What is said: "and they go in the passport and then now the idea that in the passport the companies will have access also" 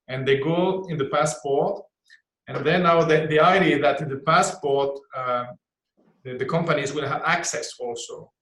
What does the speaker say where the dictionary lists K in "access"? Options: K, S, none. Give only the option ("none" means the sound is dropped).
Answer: K